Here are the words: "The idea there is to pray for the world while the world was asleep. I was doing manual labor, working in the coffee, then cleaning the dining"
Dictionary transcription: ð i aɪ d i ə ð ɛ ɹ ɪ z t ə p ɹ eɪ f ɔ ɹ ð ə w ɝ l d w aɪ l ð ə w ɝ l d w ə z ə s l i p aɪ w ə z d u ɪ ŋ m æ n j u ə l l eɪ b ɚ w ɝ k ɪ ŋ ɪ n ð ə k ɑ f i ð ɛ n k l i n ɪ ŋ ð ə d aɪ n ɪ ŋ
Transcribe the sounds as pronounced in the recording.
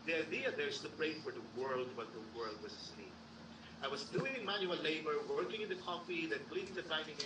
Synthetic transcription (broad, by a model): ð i aɪ d i ə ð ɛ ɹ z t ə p ɹ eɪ f ɔ ɹ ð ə w ɝ l d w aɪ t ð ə w ɝ l d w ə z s i aɪ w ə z d u ɪ ŋ m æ n j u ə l l eɪ b ɚ w ɝ k ɪ ŋ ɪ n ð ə k ɑ f i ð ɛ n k l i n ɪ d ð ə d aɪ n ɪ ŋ